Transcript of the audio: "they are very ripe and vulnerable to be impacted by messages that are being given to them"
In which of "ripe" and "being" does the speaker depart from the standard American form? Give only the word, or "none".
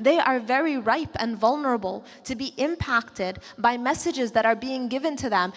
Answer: none